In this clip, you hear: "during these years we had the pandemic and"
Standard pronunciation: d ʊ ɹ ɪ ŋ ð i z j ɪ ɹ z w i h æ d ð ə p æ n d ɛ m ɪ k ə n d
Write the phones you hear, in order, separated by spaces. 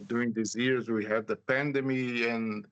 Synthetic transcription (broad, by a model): d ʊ ɹ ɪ ŋ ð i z j ɪ ɹ z w i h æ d ð ə p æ n d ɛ m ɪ ə n